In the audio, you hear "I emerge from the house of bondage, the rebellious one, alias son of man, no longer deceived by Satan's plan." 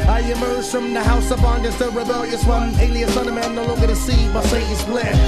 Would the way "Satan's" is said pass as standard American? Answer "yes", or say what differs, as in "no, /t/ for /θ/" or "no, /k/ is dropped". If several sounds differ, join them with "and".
no, /n/ is dropped